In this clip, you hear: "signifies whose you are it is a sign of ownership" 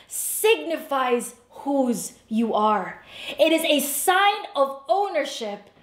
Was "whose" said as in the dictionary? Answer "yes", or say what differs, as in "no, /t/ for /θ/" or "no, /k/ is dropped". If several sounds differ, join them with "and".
yes